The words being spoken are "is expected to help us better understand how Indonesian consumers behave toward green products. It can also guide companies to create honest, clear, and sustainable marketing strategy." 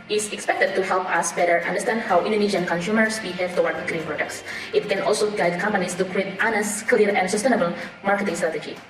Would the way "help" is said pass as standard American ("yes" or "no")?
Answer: yes